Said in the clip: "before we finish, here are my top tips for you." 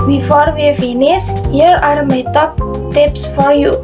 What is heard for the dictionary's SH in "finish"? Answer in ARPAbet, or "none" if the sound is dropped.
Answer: S